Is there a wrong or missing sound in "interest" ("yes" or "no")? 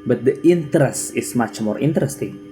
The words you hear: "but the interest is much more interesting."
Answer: no